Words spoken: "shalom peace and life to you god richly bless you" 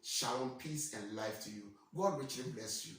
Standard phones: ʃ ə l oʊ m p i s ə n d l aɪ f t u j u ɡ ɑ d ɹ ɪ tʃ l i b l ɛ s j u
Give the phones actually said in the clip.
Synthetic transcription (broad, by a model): ʃ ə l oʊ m p i s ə n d l aɪ f t u j u ɡ ɑ d ɹ ɪ tʃ l i b l ɛ s j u